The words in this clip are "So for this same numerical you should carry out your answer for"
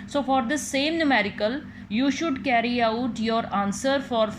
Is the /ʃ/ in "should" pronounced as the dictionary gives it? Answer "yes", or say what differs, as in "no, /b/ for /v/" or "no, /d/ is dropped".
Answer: yes